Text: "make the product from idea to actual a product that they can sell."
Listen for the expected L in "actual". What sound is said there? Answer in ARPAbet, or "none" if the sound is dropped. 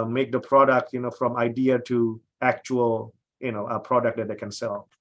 N